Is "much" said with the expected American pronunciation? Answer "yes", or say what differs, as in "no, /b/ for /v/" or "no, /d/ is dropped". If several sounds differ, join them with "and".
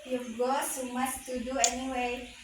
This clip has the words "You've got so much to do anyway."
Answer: no, /s/ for /tʃ/